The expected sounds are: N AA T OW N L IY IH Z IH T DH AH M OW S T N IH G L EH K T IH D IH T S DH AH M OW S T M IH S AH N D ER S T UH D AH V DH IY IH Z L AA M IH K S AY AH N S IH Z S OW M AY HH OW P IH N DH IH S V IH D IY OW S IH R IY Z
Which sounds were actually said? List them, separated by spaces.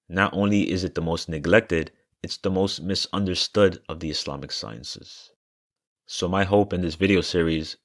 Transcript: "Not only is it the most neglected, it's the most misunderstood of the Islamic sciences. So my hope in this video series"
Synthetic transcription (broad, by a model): N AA T OW N L IY IH Z IH T DH AH M OW S T N IH G L EH K T IH D IH T S DH AH M OW S T M IH S AH N D ER S T UH D AH V DH IY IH S L AA M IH K S AY AH N S IH Z S OW M AY HH OW P IH N DH IH S V IH D IY OW S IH R IY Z